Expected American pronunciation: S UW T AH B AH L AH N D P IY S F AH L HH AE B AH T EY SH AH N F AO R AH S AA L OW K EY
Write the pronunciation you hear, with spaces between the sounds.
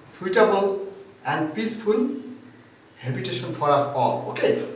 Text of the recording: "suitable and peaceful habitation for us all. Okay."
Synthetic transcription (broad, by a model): S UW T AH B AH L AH N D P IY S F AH N HH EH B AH T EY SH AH N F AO R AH S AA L OW K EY